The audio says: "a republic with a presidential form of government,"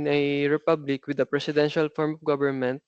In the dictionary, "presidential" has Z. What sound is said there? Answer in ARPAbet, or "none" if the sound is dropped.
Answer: S